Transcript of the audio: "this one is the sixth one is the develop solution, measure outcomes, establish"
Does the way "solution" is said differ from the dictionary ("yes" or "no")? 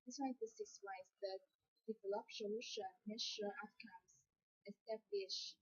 yes